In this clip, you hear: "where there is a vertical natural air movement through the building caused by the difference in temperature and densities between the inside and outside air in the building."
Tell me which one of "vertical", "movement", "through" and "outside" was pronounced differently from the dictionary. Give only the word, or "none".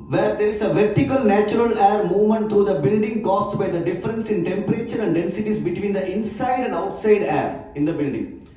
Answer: through